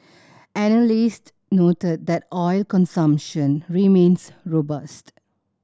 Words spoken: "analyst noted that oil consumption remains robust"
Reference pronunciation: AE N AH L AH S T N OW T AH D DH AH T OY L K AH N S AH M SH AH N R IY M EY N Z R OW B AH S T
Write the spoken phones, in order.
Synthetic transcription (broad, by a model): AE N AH L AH S T N OW T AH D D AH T OY L K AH N S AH M SH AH N R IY M EY N S R OW B AH S T